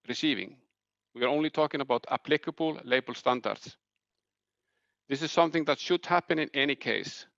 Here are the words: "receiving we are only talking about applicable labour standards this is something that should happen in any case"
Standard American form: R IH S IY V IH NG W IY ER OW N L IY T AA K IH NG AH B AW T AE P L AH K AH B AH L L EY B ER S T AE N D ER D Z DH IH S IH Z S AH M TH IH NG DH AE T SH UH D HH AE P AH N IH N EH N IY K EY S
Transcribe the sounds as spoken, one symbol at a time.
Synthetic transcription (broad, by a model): R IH S IY V IH NG W IY ER OW N L IY T AA K IH NG AH B AW T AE P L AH K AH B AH L L EY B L S T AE N D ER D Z DH IH S IH Z S AH M TH IH NG DH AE T SH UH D HH AE P AH N IH N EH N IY K EY S